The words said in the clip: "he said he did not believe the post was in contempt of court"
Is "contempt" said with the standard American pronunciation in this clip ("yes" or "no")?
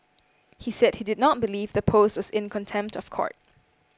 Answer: yes